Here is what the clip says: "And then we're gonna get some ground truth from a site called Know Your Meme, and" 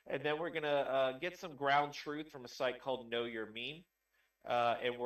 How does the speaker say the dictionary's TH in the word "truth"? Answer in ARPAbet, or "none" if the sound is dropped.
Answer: TH